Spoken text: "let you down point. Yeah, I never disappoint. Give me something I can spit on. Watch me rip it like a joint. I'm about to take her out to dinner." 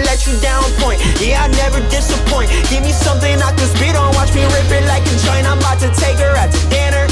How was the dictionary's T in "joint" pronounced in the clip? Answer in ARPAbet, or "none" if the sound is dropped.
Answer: none